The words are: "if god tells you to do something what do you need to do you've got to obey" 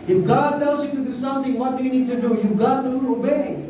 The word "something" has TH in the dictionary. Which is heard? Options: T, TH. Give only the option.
T